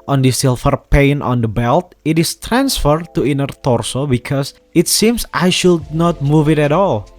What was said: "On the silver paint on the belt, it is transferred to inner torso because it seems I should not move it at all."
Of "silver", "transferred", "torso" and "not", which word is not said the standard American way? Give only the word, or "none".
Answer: silver